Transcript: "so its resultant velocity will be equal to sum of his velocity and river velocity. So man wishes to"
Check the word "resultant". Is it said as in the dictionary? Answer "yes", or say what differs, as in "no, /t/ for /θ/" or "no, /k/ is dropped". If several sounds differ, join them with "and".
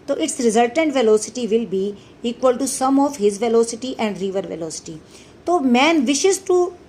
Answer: yes